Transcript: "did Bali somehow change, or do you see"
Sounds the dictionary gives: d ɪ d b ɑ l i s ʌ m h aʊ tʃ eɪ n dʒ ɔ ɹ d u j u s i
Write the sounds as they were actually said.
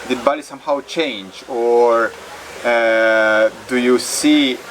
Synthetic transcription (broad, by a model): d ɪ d b ɑ l i s ʌ m h aʊ tʃ eɪ n dʒ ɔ ɹ d u j u s i